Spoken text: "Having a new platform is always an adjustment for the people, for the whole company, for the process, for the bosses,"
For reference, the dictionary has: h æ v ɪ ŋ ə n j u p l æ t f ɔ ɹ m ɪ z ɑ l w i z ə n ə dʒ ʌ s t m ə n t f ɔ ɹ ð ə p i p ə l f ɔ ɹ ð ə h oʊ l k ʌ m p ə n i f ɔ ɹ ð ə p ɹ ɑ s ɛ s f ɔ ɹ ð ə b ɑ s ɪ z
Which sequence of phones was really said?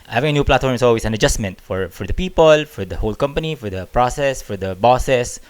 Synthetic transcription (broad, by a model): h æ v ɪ ŋ ə n j u p l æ t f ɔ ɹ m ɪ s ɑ l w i s ə n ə dʒ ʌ s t m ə n t f ɔ ɹ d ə p i p ə l f ɔ ɹ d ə h oʊ l k ʌ m p ə n i f ɔ ɹ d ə p ɹ ɑ s ɛ s f ɔ ɹ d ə b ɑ s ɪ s